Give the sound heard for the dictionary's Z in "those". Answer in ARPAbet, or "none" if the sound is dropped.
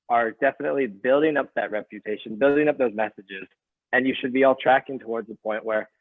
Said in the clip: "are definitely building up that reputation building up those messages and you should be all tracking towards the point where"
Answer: Z